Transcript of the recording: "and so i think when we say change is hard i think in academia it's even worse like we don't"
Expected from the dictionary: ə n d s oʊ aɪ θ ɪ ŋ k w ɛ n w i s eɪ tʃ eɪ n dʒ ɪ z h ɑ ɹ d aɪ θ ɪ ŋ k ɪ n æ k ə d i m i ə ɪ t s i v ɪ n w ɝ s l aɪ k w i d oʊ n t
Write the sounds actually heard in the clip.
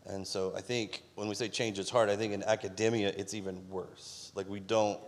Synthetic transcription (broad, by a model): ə n s oʊ aɪ θ ɪ ŋ k w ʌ n w i s eɪ tʃ eɪ n dʒ ɪ z h ɑ ɹ d aɪ θ ɪ ŋ k ɪ n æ k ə d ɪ m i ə ɪ t s i v ɪ n w ɝ s l aɪ k w i d oʊ n t